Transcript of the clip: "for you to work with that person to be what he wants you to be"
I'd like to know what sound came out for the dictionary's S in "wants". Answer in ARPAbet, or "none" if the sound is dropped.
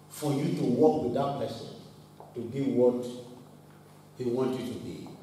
none